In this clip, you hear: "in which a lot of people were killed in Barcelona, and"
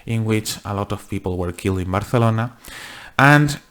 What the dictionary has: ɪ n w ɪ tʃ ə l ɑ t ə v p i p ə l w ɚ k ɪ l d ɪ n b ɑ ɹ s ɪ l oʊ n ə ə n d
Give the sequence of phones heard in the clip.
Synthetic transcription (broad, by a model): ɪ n w ɪ tʃ ə l ɑ t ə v p i p ə l w ɚ k ɪ l d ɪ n b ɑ ɹ θ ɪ l oʊ n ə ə n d